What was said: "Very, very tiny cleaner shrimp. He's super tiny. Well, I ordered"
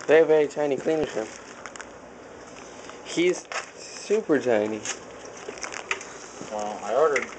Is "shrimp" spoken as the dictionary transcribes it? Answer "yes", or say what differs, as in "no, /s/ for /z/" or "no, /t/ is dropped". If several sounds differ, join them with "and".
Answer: no, /ɹ/ is dropped and /m/ is dropped